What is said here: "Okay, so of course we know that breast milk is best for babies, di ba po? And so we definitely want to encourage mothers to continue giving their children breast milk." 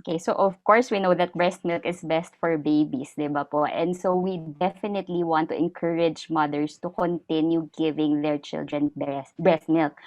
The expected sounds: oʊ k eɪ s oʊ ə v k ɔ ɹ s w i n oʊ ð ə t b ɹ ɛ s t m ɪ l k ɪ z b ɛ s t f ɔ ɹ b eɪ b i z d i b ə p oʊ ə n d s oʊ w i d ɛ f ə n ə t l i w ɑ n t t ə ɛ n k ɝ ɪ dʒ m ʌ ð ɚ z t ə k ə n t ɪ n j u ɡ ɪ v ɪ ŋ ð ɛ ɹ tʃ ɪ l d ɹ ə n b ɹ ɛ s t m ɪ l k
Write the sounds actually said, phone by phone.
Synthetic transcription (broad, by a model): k eɪ s oʊ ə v k ɔ ɹ s w i n oʊ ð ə t b ɹ ɛ s t m ɪ l k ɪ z b ɛ s t f ɔ ɹ b eɪ b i s d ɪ b ə p oʊ ə n d s oʊ w i d ɛ f ə n ə t l i w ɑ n t t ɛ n k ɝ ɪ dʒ m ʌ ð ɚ s t ə k ə n t ɪ n j u ɡ ɪ v ɪ ŋ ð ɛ ɹ tʃ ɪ l d ɹ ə n b ɹ ɛ s t m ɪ l k